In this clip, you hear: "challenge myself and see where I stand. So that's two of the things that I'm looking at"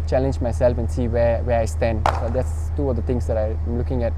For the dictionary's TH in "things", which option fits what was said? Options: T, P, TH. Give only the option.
T